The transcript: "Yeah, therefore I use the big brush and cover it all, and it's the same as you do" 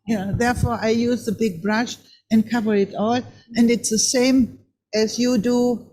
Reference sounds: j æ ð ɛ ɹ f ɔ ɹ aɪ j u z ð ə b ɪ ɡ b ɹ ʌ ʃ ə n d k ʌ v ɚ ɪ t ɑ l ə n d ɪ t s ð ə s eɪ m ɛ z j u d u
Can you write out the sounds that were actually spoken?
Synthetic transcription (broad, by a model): j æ ð ɛ ɹ f ɔ ɹ aɪ j u z ð ə b ɪ ɡ b ɹ ʌ ʃ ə n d k ʌ v ɚ ɪ t ɑ l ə n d ɪ t s ð ə s eɪ m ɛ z j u d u